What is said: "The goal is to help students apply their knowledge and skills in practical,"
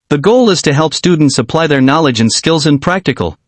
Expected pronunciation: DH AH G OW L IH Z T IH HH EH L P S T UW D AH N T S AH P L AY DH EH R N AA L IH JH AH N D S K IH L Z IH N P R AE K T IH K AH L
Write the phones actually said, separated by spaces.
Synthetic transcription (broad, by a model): DH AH G OW L IH Z T IH HH EH L P S T UW D N T S AH P L AY DH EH R N AA L IH JH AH N S K IH L Z IH N P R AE K T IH K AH L